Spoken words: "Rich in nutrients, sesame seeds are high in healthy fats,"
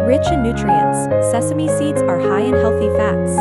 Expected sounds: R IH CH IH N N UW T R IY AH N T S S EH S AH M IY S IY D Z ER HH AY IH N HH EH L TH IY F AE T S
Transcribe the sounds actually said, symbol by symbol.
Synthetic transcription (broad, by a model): R IH CH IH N N UW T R IY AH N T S S EH S AH M IY S IY D Z ER HH AY IH N HH EH L TH IY F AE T S